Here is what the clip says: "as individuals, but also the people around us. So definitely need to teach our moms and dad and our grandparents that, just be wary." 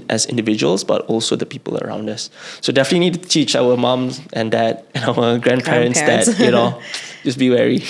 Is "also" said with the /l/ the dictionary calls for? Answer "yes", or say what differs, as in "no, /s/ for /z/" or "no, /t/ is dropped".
yes